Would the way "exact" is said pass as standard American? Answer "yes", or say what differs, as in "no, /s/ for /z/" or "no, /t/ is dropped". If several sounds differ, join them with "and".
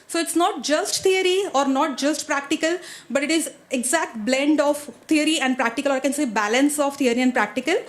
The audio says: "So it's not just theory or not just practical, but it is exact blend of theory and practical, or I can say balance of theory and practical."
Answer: yes